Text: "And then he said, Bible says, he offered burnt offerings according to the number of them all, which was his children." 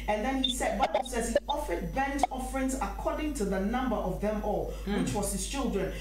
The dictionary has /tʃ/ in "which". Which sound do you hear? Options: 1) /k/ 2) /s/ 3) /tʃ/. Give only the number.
3